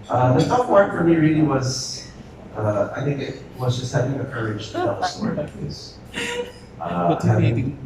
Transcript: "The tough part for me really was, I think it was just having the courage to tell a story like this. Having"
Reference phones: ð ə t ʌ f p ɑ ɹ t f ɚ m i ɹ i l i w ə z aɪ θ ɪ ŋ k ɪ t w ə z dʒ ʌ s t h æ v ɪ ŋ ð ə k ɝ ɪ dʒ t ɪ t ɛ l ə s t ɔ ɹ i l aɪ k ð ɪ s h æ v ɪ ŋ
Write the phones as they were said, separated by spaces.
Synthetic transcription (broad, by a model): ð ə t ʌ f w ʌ ɹ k f ɚ m i ɹ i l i w ə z aɪ θ ɪ ŋ k ɪ t w ə z dʒ ʌ s t h æ v ɪ ŋ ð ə k ɝ ɪ dʒ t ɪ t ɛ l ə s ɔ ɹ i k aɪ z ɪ h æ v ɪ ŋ